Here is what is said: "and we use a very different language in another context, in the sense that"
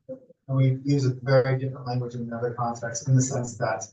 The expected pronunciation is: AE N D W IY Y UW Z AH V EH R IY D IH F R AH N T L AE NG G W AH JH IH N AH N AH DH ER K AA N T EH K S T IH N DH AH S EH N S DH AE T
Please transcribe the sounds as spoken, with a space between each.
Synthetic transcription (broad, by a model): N W IY Y UW Z AH V EH R IY D IH F R AH N T L AE NG G W AH JH IH N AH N AH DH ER K AA N T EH K S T IH N DH AH S EH N S DH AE T